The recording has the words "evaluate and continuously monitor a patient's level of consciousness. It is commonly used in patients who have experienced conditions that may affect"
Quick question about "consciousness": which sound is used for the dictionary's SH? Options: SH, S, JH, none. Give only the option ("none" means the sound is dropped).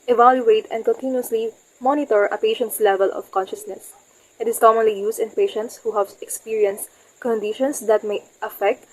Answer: SH